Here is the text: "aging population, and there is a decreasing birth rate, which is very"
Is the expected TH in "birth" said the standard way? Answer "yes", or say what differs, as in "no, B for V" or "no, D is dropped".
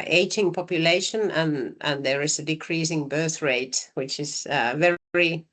yes